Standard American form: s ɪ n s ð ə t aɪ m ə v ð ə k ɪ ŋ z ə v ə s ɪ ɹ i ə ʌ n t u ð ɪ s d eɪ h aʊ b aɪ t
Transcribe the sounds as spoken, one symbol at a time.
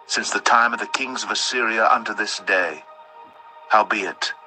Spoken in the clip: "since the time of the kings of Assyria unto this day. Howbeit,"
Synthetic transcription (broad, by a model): s ɪ n s ð ə t aɪ m ə v ð ə k ɪ ŋ z ə v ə s ɪ ɹ i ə ʌ n t u ð ɪ s d eɪ h aʊ b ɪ t